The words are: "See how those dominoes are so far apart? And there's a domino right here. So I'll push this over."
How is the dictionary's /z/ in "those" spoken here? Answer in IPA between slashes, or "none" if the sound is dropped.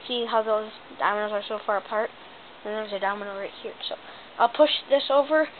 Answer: /z/